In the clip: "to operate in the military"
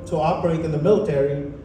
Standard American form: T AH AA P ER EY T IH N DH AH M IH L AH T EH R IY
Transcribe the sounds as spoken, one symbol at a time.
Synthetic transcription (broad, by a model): T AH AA B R EY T IH N DH AH M IH L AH T EH R IY